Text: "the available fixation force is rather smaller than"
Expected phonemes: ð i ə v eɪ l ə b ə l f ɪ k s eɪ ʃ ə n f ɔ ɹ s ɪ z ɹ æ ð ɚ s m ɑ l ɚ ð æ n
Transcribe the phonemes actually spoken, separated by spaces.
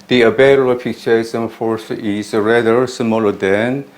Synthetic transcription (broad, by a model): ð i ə b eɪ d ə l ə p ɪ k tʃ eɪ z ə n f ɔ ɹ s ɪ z ɹ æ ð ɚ s m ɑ l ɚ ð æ n